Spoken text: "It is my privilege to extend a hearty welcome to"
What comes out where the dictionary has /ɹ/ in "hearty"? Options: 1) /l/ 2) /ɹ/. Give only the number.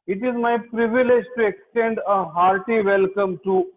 2